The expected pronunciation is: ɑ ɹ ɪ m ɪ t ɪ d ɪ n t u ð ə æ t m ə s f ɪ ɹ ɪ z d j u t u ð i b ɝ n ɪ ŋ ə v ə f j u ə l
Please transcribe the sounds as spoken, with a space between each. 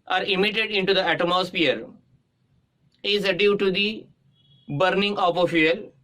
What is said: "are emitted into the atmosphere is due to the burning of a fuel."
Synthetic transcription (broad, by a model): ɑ ɹ ɪ m ɪ t ɪ d ɪ n t u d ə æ t m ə s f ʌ ɹ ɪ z d j u t u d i b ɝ n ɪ ŋ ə p ə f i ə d